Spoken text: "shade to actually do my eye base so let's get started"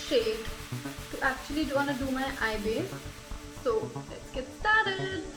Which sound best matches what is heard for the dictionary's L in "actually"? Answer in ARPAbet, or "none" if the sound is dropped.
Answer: W